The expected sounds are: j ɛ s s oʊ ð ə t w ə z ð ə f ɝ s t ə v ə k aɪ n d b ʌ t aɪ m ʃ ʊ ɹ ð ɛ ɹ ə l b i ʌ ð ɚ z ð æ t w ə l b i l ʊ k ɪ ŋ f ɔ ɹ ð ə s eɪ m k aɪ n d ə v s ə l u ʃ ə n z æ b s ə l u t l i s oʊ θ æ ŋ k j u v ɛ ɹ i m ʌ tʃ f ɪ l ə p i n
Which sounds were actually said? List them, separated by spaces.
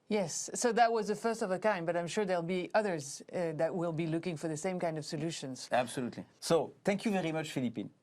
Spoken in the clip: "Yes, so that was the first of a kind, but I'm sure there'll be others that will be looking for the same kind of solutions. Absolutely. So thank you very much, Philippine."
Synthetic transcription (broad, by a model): j ɛ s s oʊ ð ə t w ə z ð ə f ɝ s t ə v ə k aɪ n b ʌ t aɪ m ʃ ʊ ɹ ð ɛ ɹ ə l b i ʌ ð ɚ z ð æ t w ə l b i l ʊ k ɪ ŋ f ɔ ɹ ð ə s eɪ m k aɪ n d ə v s ə l u ʃ ə n z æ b s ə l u t l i s oʊ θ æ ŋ k j u v ɛ ɹ i m ʌ tʃ f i l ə p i n